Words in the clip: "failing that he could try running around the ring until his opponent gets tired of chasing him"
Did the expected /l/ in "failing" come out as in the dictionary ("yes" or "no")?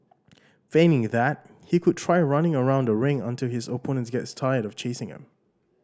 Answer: no